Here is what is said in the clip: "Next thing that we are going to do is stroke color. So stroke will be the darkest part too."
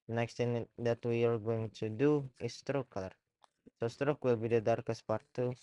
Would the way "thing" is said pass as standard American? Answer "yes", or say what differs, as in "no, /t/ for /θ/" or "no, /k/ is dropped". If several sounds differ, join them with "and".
no, /t/ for /θ/